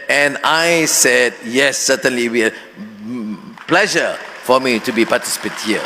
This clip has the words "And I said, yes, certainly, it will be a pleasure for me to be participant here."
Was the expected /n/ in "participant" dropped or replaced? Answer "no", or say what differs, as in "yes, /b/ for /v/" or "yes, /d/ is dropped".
yes, /n/ is dropped